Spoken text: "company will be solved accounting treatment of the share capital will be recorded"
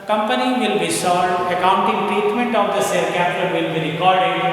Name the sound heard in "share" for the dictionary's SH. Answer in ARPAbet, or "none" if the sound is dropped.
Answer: S